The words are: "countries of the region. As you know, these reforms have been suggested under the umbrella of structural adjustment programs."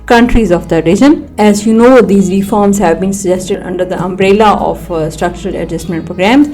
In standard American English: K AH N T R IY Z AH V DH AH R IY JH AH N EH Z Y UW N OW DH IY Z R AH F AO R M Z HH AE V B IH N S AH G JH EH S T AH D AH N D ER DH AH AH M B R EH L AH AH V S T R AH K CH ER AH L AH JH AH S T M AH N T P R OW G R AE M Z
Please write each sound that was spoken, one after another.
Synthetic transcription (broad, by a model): K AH N T R IY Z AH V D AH R IY JH AH N EH Z Y UW N OW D IY Z R AH F AO R M Z HH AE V B IH N S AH JH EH S T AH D AH N D ER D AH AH M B R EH L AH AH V S T R AH K CH ER AH L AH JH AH S T M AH N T P R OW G R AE M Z